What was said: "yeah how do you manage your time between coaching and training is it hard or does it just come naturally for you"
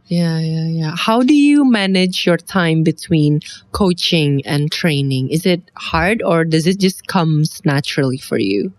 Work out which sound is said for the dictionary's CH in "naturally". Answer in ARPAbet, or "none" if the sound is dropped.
CH